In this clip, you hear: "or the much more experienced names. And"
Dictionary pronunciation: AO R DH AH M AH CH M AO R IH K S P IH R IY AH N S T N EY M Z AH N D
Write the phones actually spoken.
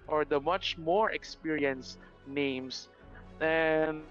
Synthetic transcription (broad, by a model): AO R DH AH M AH CH M AO R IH K S P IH R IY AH N S N EY M S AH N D